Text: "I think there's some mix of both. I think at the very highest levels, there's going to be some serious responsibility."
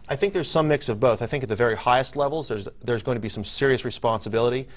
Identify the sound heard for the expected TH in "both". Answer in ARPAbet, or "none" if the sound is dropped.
TH